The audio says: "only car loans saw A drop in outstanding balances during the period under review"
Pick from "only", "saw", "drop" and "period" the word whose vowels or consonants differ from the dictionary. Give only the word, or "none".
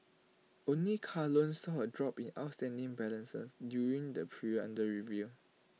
period